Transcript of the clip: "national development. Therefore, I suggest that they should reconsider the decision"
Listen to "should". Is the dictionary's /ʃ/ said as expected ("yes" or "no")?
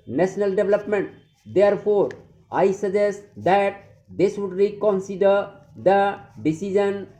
no